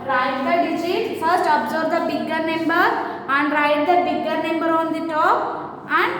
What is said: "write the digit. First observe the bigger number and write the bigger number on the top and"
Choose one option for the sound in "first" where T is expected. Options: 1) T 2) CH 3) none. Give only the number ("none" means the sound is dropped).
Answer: 1